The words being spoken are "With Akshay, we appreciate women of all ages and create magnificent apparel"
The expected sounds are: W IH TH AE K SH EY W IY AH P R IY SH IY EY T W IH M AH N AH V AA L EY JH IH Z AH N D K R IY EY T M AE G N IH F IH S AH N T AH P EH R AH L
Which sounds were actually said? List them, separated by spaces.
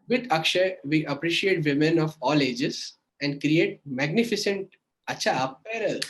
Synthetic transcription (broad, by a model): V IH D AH K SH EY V IY AH P R IY SH IY EY T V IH M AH N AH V AA L EY JH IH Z AH N D K R IY EY T M AE G N IH F IH S AH N T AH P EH R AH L